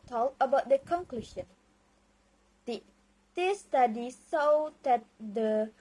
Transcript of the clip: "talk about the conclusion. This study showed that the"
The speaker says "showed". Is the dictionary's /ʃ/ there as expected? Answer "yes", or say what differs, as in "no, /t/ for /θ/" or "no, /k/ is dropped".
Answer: no, /s/ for /ʃ/